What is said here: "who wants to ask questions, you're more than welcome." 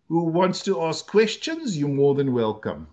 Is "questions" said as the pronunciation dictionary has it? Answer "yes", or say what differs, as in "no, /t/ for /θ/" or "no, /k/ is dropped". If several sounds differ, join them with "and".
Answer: yes